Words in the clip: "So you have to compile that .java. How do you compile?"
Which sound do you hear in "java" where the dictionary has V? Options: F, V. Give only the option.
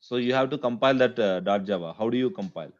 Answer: V